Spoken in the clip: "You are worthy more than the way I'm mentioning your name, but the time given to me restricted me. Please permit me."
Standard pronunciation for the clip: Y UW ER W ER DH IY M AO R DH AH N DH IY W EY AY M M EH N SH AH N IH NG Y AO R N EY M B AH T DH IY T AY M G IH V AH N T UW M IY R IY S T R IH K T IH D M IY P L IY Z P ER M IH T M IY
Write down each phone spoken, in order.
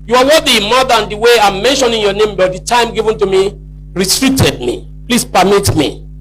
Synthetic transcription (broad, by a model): Y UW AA W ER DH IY M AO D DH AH N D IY W EY AY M M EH N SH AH N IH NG Y AO N EY M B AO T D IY T AY M G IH V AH N T UW M IY R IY T R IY T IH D M IY P L IY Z P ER M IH T M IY